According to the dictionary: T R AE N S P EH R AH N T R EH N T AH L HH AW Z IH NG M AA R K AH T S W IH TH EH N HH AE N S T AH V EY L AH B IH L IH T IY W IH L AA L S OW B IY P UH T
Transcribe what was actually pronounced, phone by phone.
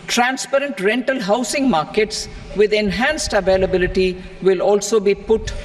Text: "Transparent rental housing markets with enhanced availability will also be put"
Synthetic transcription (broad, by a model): T R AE N S P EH R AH N T R EH N T AH L HH AW S IH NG M AA R K AH T S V IH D EH N HH AE N S T AH V EY L AH B IH L IH T IY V IH L AA L S OW B IY P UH T